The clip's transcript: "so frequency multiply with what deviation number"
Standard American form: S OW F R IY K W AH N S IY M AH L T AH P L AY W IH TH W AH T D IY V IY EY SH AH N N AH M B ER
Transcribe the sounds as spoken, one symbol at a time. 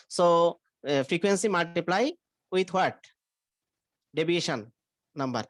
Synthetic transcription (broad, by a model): S OW F R IY K W AH N S IY M AH L T AH P L AY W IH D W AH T D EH B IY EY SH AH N N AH M B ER